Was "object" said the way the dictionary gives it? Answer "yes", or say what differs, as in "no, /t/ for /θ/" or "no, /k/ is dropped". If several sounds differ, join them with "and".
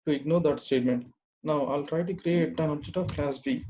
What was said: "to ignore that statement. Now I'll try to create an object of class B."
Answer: no, /k/ is dropped